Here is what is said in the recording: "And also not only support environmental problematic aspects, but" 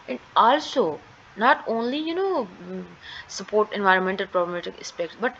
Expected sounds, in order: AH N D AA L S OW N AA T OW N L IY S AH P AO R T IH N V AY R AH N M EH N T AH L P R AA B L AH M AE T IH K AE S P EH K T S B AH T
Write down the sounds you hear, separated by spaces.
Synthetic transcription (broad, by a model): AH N D AA L S OW N AA T OW N L IY S AH P AO R T IH N V AY R AH N M EH N T AH L P R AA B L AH M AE T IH K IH S P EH K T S B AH T